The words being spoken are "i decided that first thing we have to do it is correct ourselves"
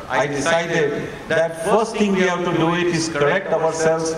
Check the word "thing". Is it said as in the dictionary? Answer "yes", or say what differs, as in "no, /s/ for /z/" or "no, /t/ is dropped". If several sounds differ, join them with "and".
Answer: no, /t/ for /θ/